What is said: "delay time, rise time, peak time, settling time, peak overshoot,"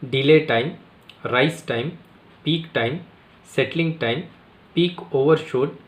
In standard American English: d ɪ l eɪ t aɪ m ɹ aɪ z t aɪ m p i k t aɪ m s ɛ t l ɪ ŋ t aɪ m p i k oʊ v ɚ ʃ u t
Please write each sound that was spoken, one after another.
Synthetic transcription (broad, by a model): d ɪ l eɪ t aɪ m ɹ aɪ s t aɪ m p i k t aɪ m s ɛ t l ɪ ŋ t aɪ m p i k oʊ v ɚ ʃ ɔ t